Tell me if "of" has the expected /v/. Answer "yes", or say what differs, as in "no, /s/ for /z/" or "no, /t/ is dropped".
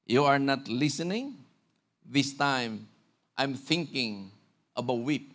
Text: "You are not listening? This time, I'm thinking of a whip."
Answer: no, /b/ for /v/